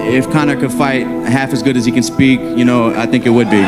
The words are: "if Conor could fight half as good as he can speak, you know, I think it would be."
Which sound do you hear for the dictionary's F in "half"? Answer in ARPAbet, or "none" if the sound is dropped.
F